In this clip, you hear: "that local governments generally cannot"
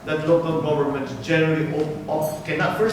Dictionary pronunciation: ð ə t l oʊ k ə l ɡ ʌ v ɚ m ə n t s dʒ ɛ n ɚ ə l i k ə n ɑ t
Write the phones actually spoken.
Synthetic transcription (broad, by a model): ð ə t l oʊ k ə l ɡ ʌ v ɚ m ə n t dʒ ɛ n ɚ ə l i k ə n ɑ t